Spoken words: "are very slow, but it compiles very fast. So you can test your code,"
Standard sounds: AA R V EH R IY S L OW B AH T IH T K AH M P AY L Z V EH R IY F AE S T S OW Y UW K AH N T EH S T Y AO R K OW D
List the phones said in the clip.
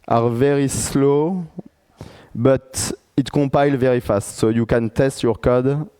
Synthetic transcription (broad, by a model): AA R V EH R IY S L OW B AH T IH T K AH P AY L V EH R IY F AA S T S OW Y UW K AH N T EH S T Y AO R K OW D